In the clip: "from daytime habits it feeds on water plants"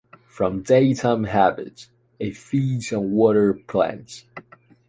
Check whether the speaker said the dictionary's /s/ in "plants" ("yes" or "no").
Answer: no